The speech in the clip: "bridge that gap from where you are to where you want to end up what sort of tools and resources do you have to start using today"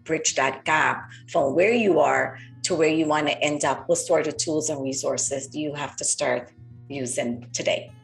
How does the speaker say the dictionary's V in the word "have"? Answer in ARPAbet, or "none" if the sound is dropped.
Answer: F